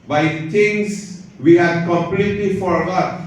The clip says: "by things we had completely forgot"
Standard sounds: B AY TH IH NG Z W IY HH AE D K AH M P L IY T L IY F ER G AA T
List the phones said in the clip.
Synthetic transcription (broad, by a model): B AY T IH NG S W IY HH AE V K AH M P L IY T L IY F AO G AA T